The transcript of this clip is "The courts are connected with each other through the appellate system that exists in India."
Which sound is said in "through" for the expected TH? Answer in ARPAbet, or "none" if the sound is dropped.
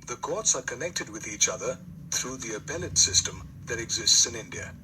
TH